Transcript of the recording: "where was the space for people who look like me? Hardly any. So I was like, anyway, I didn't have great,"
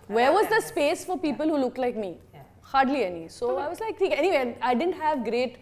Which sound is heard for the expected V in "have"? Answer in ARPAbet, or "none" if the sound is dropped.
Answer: V